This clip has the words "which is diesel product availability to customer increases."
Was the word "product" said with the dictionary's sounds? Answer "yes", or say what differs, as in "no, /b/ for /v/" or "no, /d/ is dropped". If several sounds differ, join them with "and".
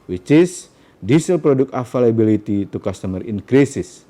no, /t/ is dropped